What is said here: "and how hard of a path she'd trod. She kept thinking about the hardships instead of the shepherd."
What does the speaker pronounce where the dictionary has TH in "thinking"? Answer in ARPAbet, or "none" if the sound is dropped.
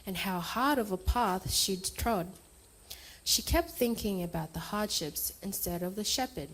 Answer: TH